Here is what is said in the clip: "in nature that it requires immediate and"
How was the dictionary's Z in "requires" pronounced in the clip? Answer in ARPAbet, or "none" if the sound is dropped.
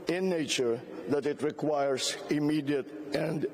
S